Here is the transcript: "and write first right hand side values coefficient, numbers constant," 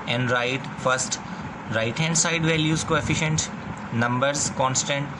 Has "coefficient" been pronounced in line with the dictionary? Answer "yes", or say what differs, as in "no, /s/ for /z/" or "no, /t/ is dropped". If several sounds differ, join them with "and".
yes